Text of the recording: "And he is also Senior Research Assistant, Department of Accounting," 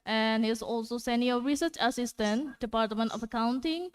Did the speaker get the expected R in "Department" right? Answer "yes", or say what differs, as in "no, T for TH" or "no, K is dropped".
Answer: yes